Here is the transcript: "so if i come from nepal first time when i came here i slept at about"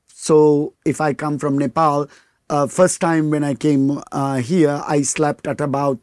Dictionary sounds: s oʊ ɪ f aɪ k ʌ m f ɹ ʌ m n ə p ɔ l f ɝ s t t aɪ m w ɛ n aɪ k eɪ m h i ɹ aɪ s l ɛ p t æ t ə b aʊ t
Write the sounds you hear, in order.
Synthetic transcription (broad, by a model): s oʊ ɪ f aɪ k ʌ m f ɹ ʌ m n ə p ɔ l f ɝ s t t aɪ m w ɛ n aɪ k eɪ m h i ɹ aɪ s l ɛ p t æ t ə b aʊ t